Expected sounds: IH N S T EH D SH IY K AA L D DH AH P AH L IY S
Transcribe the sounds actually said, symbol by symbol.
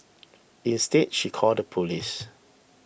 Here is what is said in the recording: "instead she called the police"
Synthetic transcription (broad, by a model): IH N S T EH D SH IY K AA L D AH P AH L IY S